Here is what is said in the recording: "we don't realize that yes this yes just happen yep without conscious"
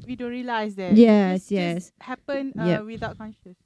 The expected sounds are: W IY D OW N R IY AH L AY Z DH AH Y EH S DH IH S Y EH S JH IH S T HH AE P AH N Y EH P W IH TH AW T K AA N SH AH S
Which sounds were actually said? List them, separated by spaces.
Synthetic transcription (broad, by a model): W IY D OW N R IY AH L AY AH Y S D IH Y EH S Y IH S HH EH P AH N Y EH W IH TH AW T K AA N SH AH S